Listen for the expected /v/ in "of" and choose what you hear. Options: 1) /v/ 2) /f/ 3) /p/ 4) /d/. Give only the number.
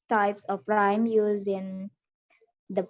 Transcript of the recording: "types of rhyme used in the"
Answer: 3